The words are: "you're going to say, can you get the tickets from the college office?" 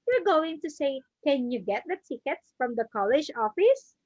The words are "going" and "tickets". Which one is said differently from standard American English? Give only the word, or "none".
none